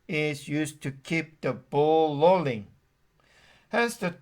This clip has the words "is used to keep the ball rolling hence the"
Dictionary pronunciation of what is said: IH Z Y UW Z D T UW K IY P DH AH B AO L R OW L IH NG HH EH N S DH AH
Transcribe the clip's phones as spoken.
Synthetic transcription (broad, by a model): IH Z Y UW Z T UW K IY P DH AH B AO L L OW L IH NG HH EH N S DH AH